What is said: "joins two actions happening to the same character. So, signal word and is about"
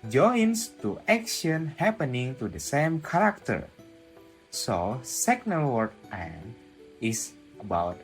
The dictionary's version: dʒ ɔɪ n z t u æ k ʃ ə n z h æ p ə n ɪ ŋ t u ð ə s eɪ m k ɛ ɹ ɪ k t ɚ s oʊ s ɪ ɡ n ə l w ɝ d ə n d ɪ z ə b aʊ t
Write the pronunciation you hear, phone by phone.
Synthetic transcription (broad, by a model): dʒ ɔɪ n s t u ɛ k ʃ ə n h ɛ p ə n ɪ ŋ t u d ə s eɪ m k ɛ ɹ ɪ k t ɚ s oʊ s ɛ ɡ n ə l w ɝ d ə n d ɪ s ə b aʊ t